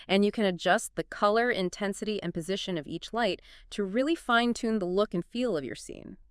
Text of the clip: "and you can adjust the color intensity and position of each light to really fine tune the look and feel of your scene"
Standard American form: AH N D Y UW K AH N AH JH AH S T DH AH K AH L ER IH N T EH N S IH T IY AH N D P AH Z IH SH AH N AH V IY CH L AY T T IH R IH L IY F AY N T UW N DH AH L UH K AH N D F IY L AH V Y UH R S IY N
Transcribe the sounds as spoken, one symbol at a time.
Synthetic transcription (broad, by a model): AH N Y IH K AH N AH JH AH S T DH AH K AH L ER IH N T EH N S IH T IY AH N P AH Z IH SH AH N AH V IY CH L AY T T IH R IH L IY F AY N T UW N DH AH L UH K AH N F IY L AH V Y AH R S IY N